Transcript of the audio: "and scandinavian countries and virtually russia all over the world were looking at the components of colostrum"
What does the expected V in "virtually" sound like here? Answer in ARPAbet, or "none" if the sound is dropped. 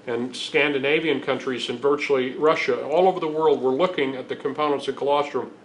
V